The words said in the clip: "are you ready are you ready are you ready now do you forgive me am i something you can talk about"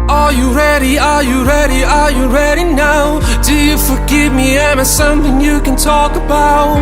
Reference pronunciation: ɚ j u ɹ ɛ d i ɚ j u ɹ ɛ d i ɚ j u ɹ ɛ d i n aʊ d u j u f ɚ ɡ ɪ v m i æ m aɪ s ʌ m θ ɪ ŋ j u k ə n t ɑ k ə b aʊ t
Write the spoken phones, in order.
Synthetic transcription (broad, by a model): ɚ j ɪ ɹ ɛ d i ɚ j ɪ ɹ ɛ d i ɚ j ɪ ɹ ɛ d i n aʊ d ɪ j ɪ f ɚ ɡ ɪ v m i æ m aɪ s ʌ m θ ɪ ŋ j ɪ k ə n t ɑ k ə b aʊ t